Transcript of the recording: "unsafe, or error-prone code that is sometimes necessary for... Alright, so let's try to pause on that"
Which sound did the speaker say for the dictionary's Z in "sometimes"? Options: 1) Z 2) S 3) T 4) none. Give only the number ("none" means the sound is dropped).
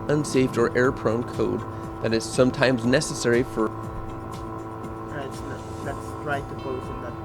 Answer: 1